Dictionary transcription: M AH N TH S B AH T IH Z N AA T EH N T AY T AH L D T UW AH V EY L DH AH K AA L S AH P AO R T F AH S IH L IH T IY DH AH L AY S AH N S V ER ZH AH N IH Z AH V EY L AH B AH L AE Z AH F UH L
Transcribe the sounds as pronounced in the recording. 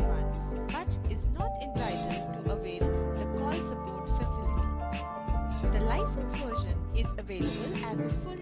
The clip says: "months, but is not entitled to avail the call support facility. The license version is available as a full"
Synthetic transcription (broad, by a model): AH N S B AH T IH Z N AA T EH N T AY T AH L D T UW AH V EY L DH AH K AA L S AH B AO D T F AH S IH L IH T IY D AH L AY S AH N S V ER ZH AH N IH Z AH V EY L AH B AH L AE Z AH F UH L